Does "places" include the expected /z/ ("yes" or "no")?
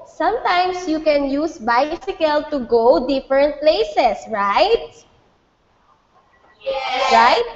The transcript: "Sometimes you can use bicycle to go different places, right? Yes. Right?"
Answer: no